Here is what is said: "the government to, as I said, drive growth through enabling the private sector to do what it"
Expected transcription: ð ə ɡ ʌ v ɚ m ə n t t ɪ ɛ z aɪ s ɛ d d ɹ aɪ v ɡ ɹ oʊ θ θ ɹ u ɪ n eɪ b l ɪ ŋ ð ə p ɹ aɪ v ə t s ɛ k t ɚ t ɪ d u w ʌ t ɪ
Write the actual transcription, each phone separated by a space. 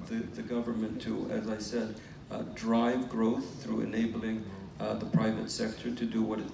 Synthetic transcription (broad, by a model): ð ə ɡ ʌ v ɚ m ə n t t ɪ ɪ z aɪ s ɛ d d ɹ aɪ v ɡ ɹ oʊ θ θ ɹ u ɪ n eɪ b l ɪ ŋ ð ə p ɹ aɪ v ə t s ɛ k t ɚ t ɪ d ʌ w ʌ t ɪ